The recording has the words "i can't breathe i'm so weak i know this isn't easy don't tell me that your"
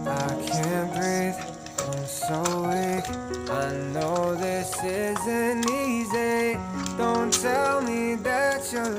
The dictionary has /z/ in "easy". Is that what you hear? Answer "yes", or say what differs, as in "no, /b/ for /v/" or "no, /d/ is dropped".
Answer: yes